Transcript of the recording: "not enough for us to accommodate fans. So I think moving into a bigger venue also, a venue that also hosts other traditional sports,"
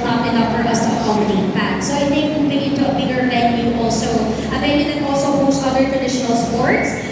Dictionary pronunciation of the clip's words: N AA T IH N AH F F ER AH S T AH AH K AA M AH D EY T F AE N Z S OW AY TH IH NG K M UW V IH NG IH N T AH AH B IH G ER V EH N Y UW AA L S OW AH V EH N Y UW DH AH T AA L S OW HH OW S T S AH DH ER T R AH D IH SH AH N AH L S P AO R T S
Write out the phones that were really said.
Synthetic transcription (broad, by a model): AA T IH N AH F F ER AH S T AH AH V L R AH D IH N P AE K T S OW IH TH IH K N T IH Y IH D T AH AH B IH G ER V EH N Y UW AA L S OW AH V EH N Y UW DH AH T AA L S OW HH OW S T AH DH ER T R AH D IH SH AH N AH L S P AO R T S